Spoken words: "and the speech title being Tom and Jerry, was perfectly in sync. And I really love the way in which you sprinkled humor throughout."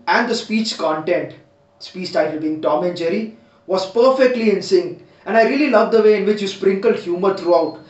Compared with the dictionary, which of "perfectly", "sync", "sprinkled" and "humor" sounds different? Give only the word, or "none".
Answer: sync